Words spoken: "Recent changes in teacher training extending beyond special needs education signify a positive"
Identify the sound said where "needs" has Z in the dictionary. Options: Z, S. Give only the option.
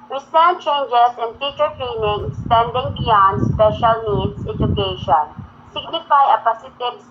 S